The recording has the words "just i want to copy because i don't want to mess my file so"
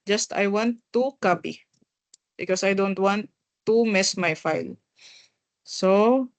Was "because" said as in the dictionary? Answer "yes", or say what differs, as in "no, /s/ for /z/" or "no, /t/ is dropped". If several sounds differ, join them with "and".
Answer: no, /s/ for /z/